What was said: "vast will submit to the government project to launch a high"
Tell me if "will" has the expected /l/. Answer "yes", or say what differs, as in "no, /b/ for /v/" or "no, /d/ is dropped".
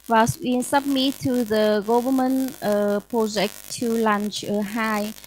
no, /n/ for /l/